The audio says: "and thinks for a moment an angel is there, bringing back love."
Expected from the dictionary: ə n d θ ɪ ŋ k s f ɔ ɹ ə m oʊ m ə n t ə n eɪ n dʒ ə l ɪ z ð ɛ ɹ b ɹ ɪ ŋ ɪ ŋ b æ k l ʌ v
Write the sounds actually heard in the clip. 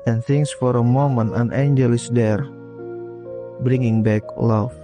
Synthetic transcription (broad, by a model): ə n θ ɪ ŋ s f ɔ ɹ ə m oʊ m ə n ə n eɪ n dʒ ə l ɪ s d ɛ ɹ b ɹ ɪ ŋ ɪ ŋ b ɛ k l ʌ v